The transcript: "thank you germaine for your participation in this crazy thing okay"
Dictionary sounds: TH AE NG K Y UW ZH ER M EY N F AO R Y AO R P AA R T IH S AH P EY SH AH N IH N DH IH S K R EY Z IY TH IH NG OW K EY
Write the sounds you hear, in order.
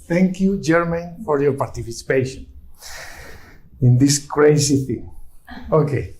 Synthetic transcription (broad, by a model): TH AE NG K Y UW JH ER M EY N F AO R Y AO R P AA R T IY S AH P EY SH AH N IH N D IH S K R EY S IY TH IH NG OW K EY